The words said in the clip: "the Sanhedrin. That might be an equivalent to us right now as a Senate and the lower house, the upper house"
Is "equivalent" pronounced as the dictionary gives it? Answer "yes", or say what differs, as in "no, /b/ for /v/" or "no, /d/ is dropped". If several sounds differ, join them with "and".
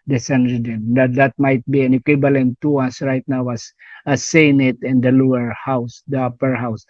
no, /b/ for /v/